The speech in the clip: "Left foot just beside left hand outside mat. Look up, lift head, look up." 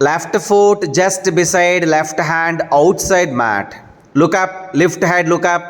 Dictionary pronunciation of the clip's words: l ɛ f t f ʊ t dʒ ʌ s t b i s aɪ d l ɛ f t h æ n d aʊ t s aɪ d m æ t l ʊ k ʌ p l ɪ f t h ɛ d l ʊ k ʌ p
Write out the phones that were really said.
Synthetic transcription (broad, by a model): l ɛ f t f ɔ t dʒ ʌ s t b i s aɪ d l ɛ f t h æ n d aʊ t s aɪ d m æ t l ʊ k ʌ p l ɪ f t h ɛ d l ʊ k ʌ p